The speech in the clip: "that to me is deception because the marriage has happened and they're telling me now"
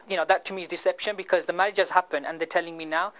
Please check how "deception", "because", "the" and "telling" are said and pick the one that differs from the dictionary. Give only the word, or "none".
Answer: none